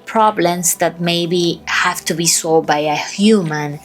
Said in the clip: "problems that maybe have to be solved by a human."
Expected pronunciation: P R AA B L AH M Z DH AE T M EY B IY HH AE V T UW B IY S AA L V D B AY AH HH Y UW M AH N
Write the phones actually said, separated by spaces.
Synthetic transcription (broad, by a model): P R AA B L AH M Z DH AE T M EY B IY HH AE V T UW B IY S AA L D B AY AH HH Y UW M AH N